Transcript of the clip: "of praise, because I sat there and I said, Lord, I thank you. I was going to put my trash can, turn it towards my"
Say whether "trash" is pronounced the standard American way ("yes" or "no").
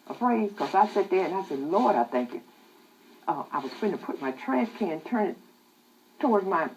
no